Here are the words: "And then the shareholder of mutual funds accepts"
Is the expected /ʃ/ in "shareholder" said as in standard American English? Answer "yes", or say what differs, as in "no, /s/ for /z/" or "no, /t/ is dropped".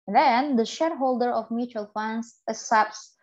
yes